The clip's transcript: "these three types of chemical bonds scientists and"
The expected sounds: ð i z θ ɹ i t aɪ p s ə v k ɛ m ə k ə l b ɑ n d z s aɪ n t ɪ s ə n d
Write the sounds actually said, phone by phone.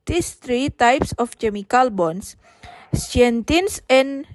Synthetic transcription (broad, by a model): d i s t ɹ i t aɪ p s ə f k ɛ m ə k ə l b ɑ n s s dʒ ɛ n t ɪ s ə n